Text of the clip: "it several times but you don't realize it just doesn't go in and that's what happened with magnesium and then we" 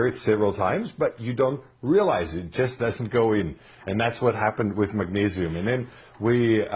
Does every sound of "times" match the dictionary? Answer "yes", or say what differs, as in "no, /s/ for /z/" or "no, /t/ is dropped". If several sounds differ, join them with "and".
yes